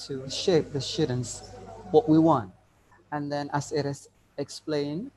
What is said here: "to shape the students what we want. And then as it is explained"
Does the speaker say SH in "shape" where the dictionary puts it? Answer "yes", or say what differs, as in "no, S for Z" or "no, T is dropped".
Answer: yes